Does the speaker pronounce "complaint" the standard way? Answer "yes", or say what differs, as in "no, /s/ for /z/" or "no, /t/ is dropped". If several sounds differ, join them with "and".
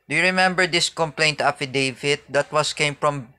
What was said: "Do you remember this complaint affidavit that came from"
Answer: yes